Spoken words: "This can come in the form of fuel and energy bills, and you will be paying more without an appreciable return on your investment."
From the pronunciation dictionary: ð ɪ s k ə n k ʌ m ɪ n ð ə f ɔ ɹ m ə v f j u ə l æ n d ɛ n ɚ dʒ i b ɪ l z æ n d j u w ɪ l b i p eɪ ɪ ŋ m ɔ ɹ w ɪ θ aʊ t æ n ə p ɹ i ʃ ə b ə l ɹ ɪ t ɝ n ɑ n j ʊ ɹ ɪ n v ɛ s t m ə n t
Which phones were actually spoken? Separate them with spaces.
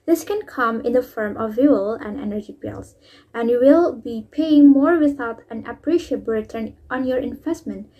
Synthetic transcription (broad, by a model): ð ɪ s k ə n k ʌ m ɪ n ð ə f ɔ ɹ m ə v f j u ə l æ n d ɛ n ɚ dʒ i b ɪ l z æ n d j u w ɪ l b i p eɪ ɪ ŋ m ɔ ɹ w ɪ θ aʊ t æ n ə p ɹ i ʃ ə ə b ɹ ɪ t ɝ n ɑ n j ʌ ɹ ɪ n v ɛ s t m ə n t